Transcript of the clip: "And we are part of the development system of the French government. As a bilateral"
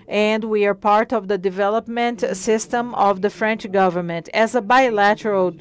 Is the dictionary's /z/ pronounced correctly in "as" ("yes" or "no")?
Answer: yes